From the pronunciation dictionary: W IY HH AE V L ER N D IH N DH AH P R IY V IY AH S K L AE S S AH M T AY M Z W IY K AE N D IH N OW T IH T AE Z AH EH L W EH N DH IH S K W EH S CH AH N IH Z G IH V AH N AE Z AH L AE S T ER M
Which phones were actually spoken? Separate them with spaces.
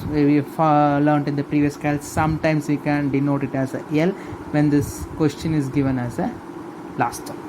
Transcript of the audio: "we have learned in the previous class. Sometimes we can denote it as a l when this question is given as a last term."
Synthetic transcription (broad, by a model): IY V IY F L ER N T IH N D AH P R IY V IY AH S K AA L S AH M T AY M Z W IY K AE N D IH N OW T IH T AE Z AH EH L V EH N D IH S K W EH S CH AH N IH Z G IH V AH N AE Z AH L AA S T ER